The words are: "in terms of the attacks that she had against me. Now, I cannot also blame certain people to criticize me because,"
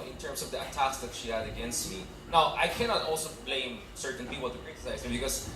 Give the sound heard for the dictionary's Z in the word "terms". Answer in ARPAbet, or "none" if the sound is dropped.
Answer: S